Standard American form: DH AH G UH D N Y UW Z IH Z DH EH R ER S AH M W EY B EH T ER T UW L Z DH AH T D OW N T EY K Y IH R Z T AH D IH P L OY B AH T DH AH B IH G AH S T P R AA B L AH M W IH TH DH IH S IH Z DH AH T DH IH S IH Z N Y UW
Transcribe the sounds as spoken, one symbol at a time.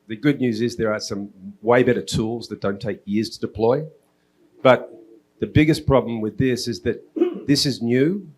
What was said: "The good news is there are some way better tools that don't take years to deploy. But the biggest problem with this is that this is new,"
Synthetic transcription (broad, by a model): DH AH G UH D N Y UW Z IH Z DH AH R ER S AH M W EY B EH T ER T UW L Z DH AH T D OW N T EY K Y IH R Z T AH D IH P L OY B AH T DH AH B IH G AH S P R AA B L AH M W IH DH IH S IH Z DH AH T DH IH S IH Z N Y UW